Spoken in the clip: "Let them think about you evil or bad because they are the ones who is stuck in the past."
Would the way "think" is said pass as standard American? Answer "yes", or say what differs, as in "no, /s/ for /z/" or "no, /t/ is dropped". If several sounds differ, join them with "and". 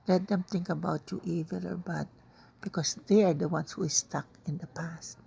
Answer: no, /t/ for /θ/